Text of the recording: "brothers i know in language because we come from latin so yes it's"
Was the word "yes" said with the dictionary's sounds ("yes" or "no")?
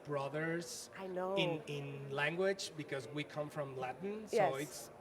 no